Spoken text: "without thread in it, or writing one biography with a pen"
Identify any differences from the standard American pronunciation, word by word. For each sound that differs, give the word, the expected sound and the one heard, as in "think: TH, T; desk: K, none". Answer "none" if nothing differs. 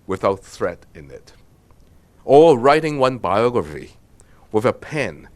or: R, L